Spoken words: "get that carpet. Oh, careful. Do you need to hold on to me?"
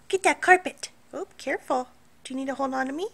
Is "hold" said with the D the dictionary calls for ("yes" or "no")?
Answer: no